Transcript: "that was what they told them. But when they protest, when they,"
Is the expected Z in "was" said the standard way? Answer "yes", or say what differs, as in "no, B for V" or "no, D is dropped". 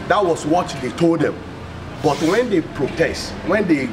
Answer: no, S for Z